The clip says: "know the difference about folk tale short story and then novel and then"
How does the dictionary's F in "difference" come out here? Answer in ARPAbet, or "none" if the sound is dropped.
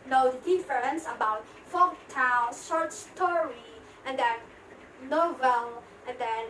none